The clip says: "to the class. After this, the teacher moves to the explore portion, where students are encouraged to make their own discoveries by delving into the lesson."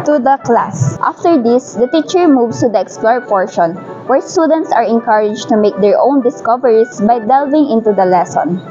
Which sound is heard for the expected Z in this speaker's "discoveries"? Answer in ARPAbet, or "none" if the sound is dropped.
S